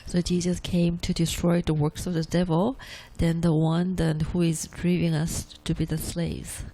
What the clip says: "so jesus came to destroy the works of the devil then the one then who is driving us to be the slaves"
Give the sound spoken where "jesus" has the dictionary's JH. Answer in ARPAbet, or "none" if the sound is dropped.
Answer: JH